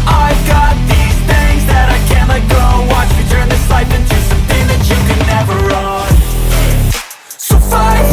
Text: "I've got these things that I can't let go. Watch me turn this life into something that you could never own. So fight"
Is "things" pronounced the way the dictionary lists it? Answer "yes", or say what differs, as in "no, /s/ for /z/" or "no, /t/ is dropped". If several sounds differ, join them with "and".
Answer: no, /ŋ/ is dropped